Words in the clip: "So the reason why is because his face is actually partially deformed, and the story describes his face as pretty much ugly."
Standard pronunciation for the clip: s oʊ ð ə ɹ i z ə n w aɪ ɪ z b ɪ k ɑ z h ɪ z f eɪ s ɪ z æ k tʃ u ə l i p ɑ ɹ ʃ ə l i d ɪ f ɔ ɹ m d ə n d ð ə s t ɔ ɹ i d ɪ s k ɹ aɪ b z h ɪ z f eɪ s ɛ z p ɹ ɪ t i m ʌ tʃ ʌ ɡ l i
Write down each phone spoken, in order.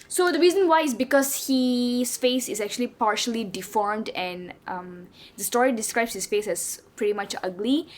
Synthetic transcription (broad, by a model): s oʊ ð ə ɹ i z ə n w aɪ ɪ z b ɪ k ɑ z h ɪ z f eɪ s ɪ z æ k tʃ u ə l i p ɑ ɹ ʃ ə l i d ɪ f ɔ ɹ m d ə n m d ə s t ɔ ɹ i d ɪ s k ɹ aɪ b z h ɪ s f eɪ s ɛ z p ɹ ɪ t i m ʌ tʃ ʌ ɡ l i